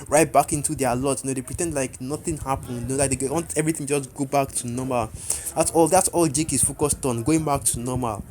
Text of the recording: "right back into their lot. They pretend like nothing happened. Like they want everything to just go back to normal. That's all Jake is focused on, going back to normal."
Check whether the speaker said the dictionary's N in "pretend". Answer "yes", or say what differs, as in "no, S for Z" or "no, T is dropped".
yes